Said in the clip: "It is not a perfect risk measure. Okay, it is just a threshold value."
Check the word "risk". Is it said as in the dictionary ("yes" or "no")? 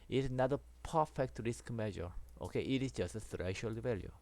yes